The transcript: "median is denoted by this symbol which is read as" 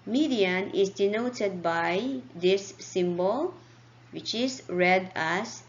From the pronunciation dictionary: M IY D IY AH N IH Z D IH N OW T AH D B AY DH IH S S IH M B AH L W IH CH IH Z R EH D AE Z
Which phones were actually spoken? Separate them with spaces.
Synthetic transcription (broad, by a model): M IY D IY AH N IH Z D IH N OW T AH D B AY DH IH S S IH M B AH L W IH CH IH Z R EH D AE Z